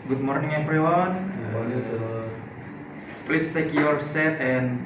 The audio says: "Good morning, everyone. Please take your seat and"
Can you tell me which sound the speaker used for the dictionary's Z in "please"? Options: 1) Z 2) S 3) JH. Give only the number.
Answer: 2